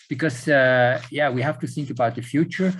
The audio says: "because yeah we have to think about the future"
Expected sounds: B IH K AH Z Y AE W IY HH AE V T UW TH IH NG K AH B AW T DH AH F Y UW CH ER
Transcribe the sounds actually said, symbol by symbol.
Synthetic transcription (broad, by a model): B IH K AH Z Y AE W IY HH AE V T UW TH IH NG K AH B AW T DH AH F Y UW CH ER